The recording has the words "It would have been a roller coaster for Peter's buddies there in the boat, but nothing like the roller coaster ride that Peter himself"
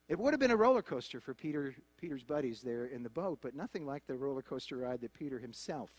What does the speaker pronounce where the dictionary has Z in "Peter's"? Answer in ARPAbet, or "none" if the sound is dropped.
Z